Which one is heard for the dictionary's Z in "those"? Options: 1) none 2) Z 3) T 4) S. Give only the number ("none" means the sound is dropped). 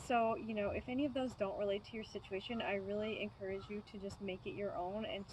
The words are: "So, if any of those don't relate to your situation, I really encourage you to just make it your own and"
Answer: 2